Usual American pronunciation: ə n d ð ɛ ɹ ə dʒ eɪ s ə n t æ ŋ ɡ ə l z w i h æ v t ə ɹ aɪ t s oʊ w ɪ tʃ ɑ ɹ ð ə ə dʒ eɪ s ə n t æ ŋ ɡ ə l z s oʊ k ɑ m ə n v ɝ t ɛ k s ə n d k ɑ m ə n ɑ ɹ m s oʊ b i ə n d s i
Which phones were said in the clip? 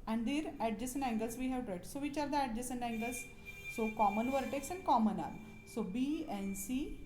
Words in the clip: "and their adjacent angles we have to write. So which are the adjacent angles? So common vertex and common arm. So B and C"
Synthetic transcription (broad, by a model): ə n d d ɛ ɹ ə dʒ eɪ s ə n æ ŋ ɡ ə l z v i h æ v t ɹ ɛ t s oʊ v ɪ tʃ ɑ ɹ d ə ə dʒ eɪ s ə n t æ ŋ ɡ ə l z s oʊ k ɑ m ə n v ɝ t ɛ k s ə n d k ɑ m ə n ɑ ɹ s oʊ b i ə n s i